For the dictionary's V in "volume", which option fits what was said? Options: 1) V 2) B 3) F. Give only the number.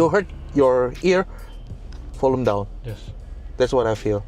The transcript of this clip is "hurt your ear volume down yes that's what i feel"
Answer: 3